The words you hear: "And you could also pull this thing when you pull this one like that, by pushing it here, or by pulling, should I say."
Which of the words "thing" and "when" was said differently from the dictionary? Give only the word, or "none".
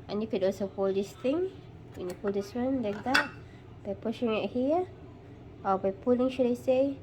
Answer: thing